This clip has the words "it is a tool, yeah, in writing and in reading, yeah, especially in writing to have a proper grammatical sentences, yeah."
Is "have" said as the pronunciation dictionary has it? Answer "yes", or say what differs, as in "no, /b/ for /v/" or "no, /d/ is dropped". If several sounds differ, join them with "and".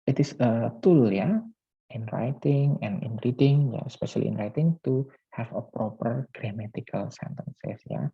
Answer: no, /f/ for /v/